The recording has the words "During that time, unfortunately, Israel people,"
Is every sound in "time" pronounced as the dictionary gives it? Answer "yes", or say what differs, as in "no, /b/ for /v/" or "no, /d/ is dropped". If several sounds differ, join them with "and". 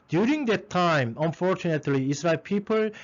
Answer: yes